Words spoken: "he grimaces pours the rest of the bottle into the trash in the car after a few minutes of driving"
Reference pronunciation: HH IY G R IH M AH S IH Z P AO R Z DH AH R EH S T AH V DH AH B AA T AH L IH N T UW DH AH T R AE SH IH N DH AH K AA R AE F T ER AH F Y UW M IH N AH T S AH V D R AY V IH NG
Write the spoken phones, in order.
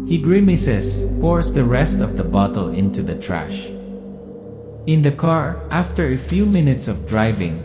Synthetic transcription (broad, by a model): HH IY G R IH M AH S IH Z P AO R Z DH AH R EH S T AH V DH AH B AA T AH L IH N T UW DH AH T R AE SH IH N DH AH K AA R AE F T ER AH F Y UW M IH N AH T S AH V D R AY V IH NG